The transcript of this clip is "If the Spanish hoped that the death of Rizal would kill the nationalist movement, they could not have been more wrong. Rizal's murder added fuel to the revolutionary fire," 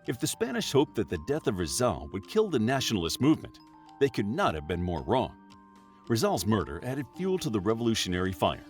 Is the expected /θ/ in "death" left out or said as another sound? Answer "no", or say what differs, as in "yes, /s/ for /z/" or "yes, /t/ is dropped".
no